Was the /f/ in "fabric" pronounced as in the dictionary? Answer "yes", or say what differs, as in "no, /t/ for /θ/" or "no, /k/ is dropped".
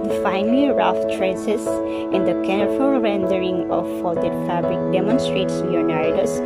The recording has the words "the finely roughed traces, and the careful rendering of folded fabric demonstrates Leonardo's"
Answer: yes